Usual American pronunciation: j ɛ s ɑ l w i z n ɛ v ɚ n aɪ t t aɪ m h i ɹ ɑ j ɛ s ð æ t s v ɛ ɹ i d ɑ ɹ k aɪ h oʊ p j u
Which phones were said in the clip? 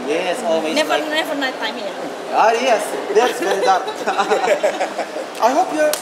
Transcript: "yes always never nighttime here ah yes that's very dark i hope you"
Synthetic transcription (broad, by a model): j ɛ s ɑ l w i n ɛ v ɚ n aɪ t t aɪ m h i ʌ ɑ j ɛ s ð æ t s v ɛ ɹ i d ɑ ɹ aɪ h oʊ p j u